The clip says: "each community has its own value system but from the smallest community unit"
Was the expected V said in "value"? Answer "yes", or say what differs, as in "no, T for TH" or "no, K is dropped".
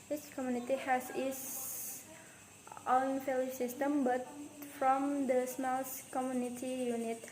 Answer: no, F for V